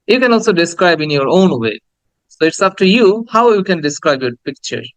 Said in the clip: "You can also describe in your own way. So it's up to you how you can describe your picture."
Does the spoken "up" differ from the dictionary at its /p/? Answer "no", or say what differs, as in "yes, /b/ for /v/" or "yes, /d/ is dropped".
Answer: yes, /f/ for /p/